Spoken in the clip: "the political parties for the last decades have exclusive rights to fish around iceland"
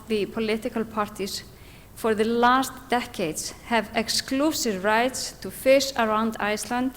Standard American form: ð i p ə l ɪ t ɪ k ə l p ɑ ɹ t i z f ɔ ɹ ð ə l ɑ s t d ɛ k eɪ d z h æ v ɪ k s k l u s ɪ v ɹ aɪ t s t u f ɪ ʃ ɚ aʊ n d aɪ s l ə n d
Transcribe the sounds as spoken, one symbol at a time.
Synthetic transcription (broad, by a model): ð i p ə l ɪ t ɪ k ə l p ɑ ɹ t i s f ɔ ɹ ð ə l ɑ s t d ɛ k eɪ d s h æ v ɪ k s k l u s ɪ v ɹ aɪ t s t u f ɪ s ɚ aʊ n d aɪ s l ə n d